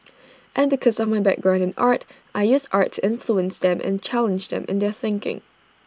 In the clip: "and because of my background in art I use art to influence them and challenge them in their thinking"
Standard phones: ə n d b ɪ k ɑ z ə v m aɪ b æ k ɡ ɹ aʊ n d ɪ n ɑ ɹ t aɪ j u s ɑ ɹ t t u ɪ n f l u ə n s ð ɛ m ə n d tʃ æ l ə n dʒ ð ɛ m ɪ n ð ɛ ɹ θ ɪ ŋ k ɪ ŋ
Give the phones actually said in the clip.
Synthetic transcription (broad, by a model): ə n b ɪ k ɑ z ə v m aɪ b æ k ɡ ɹ aʊ n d ɪ n ɑ ɹ t aɪ j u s ɑ ɹ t t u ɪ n f l u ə n s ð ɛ m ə n tʃ æ l ə n dʒ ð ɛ m ɪ n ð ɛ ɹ θ ɪ ŋ k ɪ ŋ